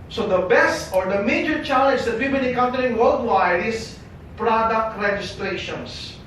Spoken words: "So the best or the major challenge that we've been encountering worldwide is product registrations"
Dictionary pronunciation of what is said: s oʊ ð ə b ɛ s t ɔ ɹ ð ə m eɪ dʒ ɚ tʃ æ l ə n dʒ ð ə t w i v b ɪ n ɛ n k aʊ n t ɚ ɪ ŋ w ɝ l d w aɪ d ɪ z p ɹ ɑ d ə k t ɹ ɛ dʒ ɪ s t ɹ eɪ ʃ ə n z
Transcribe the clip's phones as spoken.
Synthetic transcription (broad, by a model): s oʊ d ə b ɛ s t ɔ ɹ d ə m eɪ dʒ ɚ tʃ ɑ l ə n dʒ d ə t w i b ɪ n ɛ k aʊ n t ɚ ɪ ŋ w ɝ l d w aɪ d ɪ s p ɹ ɑ d ə k t ɹ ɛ dʒ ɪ s t ɹ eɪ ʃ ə n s